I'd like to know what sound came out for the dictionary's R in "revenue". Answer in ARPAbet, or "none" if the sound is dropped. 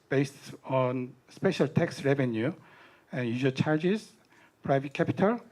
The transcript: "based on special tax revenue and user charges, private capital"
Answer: R